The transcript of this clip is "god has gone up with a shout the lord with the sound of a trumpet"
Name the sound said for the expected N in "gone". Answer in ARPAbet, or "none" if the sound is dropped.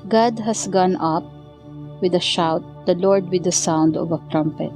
N